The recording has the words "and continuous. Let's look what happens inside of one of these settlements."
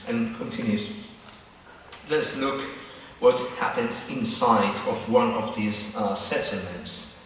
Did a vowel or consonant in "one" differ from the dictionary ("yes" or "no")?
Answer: no